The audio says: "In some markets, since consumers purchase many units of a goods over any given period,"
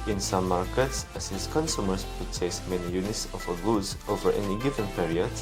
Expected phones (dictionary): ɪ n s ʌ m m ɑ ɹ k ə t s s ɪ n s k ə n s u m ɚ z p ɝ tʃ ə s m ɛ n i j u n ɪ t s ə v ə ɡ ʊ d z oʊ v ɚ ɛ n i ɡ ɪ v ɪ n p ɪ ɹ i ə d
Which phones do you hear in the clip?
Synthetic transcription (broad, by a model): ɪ n s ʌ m m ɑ ɹ k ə t s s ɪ s k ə n s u m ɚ s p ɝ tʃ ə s m ɛ n i j u n ɪ t s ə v ə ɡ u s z oʊ v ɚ ɛ n i ɡ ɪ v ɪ n p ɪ ɹ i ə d